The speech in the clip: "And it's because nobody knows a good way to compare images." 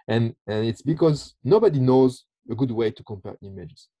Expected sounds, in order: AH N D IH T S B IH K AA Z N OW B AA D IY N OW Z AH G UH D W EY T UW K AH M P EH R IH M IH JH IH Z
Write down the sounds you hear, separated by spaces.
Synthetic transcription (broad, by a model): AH N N IH T S B IH K AA Z N OW B AA D IY N OW Z AH G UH D W EY T UW K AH M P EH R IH M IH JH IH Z